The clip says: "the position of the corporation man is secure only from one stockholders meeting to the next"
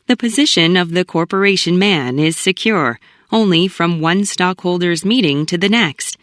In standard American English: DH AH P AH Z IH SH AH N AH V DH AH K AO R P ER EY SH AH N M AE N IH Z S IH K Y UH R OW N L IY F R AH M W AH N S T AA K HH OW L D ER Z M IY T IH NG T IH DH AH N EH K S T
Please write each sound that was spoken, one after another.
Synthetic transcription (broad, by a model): DH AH P AH Z IH SH AH N AH V DH AH K AO R P ER EY SH AH N M AE N IH Z S IH K Y UH R OW N L IY F R AH M W AH N S T AA K HH OW L D ER Z M IY T IH NG T IH DH AH N EH K S T